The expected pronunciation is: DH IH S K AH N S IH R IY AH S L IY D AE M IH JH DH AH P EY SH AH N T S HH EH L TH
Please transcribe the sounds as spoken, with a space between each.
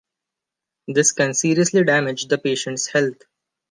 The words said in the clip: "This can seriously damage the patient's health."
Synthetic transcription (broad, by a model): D IH S K AH N S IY R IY AH S L IY D AE M IH JH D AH P EY SH AH N T S HH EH L T